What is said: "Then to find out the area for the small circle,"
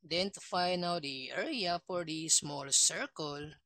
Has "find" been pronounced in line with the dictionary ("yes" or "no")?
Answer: no